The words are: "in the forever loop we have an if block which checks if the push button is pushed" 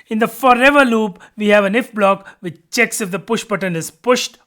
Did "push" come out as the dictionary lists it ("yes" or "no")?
yes